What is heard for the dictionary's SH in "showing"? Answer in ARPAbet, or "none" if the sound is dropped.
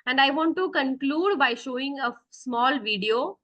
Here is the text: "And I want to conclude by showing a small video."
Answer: SH